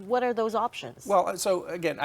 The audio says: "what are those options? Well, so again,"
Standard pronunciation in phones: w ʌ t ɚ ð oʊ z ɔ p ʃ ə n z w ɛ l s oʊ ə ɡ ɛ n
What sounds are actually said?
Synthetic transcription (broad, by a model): w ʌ t ɚ ð oʊ z ɔ p ʃ ə n z w ɛ l s oʊ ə ɡ ɛ n